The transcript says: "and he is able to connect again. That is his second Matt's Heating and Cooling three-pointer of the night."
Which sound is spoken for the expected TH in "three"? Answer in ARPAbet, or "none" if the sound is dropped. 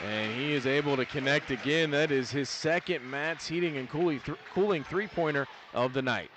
TH